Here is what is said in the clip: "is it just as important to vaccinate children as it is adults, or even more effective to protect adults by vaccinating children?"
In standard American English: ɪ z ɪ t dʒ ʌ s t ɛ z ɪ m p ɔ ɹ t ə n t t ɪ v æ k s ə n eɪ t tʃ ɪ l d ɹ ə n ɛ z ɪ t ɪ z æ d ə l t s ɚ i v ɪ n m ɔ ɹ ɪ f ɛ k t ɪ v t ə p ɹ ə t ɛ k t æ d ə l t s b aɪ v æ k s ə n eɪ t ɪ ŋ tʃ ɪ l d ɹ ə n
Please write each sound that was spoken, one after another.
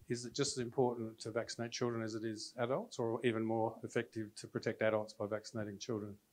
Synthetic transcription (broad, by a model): ɪ z ɪ t dʒ ʌ s t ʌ z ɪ m p ɔ ɹ t n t t ɪ v æ k s ə n eɪ t tʃ ɪ l d ɹ ə n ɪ z ɪ t ɪ z æ d ə l t s ɚ i v ɪ n m ɔ ɹ ɪ f ɛ k t ɪ v t ə p ɹ ə t ɛ k t æ d ə l t s b aɪ v æ k s ə n eɪ t ɪ ŋ tʃ ɪ l d ɹ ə n